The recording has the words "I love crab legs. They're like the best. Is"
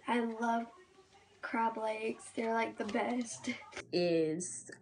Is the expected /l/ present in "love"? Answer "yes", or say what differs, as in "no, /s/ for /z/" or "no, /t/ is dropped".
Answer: yes